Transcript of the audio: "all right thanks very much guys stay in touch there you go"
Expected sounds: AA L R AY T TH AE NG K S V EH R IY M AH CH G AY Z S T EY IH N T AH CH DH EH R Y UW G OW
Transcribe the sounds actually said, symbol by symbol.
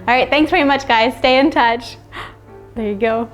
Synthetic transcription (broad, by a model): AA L R AY T TH AE NG K S V EH R IY M AH CH G AY Z S T EY IH N T AH CH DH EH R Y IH G OW